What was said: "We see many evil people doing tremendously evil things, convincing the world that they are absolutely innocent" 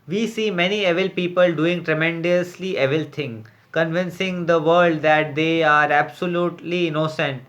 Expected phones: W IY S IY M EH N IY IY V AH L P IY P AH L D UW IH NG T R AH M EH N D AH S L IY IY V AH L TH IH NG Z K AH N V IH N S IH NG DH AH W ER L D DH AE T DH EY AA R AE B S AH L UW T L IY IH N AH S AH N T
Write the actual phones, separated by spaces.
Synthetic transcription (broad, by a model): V IY S IY M EH N IY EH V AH L P IY P AH L D UW IH NG T R AH M EH N D AH S L IY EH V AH L T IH NG K AH N V IH N S IH NG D AH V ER L D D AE T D EY AA R AE B S AH L UW T L IY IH N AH S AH N T